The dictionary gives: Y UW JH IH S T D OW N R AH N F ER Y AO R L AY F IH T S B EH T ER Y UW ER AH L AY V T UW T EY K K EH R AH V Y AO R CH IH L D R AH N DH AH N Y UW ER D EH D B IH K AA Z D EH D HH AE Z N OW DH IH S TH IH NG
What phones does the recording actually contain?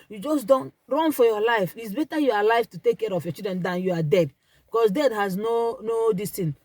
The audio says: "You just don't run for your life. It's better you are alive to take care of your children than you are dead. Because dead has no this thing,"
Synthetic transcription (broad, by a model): Y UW JH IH S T D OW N R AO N F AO Y AO L AY F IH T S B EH T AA Y UW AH L AY F T UW T EY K K EH R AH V Y AO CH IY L D R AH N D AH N Y UW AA D EH D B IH K AA S D EH D HH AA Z N OW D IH S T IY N